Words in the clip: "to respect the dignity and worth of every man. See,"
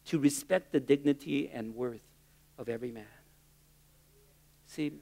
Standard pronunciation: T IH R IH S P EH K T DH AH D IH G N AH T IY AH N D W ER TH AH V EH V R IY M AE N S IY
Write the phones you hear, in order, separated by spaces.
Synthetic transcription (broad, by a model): T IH R IH S P EH K T DH AH D IH G N AH T IY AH N W ER TH AH V EH V R IY M AE N S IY